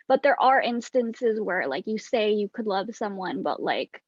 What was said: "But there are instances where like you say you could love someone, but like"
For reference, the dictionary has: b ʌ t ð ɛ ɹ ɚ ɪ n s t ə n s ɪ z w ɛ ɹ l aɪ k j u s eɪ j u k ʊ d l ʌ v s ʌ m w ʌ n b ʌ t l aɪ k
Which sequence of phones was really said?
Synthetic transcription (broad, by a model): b ʌ t ð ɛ ɹ ɚ ɪ n s t ə n s ɪ z w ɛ ɹ l aɪ k j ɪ s eɪ j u k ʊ d l ʌ v s ʌ m w ʌ n b ʌ t l aɪ k